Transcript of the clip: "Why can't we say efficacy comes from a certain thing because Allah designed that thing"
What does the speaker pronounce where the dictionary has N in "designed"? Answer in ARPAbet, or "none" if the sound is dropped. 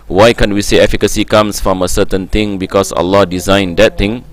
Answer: N